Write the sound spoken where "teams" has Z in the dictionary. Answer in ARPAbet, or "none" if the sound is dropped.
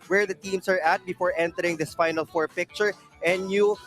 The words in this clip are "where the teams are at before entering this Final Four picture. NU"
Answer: S